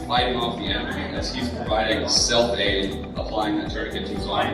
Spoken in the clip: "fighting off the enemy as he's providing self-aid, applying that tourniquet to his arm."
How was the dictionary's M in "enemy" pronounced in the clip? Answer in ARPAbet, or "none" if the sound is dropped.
none